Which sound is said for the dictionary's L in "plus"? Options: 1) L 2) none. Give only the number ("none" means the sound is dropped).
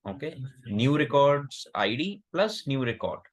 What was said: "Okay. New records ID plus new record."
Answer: 1